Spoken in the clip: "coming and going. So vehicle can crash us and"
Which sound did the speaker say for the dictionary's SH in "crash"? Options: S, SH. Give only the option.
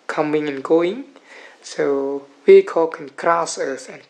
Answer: S